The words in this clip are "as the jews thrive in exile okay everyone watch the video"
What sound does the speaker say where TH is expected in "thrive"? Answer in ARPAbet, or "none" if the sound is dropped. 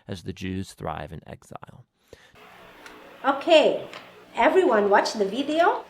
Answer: TH